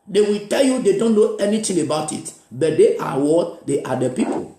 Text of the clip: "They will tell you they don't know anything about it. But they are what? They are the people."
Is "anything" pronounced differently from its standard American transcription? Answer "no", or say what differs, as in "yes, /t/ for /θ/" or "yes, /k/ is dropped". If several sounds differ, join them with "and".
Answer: yes, /t/ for /θ/